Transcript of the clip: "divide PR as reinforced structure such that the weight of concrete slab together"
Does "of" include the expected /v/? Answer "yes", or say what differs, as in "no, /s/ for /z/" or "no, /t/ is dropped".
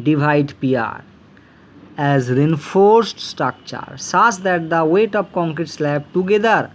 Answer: no, /p/ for /v/